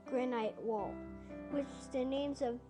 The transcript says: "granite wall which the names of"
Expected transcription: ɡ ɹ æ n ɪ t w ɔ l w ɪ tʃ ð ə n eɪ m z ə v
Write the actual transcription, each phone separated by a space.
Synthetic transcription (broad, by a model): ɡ ɹ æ n ɪ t w ɔ l w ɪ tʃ ð ə n eɪ m z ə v